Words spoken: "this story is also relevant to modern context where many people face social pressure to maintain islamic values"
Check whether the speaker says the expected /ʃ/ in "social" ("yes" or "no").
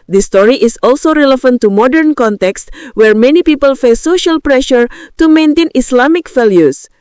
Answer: yes